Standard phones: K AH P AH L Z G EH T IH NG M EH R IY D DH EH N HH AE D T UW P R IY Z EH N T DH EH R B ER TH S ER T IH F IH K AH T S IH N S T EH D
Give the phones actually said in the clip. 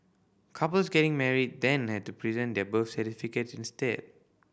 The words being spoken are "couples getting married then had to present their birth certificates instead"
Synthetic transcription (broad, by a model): K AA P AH L S G EH T IH NG M EH R IY D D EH N HH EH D T UW P R IY Z EH N T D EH B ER F S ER T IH F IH K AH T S IH N S T EH D